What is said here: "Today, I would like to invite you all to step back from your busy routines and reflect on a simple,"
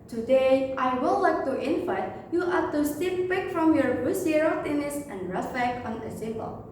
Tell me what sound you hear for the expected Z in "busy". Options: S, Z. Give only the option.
S